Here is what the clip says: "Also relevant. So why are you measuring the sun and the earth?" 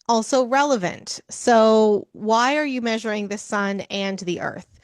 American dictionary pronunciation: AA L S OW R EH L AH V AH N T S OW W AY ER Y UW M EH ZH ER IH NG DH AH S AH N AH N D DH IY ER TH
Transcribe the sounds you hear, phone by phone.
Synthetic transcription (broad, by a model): AA L S OW R EH L AH V AH N T S OW W AY ER Y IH M EH ZH ER IH NG DH AH S AH N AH N DH IY ER TH